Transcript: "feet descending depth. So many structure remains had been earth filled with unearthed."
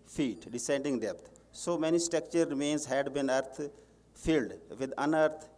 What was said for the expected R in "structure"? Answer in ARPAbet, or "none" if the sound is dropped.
none